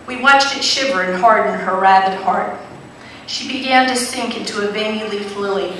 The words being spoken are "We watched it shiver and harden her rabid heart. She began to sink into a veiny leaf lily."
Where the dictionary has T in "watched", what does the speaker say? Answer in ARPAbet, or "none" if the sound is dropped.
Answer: T